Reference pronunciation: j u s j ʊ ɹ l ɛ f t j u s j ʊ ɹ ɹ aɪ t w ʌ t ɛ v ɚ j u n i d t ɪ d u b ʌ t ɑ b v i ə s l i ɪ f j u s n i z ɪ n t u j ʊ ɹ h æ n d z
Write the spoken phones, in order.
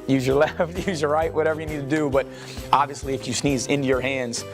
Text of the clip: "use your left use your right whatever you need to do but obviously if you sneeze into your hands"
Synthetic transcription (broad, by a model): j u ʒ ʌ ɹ l ɛ f t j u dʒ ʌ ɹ ɹ aɪ t w ʌ t ɛ v ɚ j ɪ n i d t ɪ d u b ʌ t ɑ b v i ə s l i ɪ f j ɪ s n i z ɪ n t u j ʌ ɹ h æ n d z